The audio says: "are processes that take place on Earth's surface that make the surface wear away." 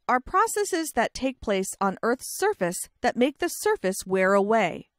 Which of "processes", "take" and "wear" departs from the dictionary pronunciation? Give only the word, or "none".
none